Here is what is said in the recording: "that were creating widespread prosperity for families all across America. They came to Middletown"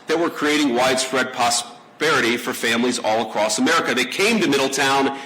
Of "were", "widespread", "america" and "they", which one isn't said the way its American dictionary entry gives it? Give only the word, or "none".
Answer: none